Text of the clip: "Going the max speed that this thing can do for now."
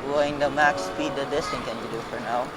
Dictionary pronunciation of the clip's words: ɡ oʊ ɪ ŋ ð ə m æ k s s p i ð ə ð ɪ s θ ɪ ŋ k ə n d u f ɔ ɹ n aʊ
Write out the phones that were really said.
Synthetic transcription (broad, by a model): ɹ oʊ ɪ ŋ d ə m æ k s s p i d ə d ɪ s t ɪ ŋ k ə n d u f ɔ ɹ n aʊ